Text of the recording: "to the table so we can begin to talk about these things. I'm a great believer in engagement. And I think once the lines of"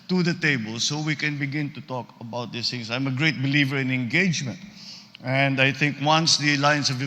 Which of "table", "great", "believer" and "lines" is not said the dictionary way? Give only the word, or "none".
lines